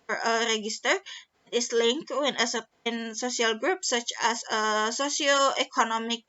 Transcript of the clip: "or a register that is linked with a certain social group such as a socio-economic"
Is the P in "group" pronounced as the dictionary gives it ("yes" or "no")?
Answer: yes